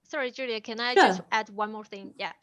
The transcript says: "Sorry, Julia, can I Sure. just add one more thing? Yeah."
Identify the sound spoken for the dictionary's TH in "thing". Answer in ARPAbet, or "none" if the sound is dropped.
TH